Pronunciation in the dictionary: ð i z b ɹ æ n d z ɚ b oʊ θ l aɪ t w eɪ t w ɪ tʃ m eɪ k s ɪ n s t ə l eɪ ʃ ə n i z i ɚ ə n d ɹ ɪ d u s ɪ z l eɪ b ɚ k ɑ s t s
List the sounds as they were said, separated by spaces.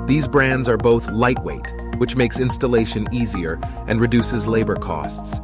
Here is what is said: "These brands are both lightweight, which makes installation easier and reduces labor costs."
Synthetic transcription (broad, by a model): ð i z b ɹ æ n d z ɚ b oʊ θ l aɪ t w eɪ t w ɪ tʃ m eɪ k s ɪ n s t ə l eɪ ʃ ə n i z i ɚ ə n ɹ ɪ d u s ɪ z l eɪ b ɚ k ɑ s t s